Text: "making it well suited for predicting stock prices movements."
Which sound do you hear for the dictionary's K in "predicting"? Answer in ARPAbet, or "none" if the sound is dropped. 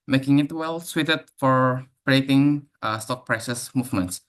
none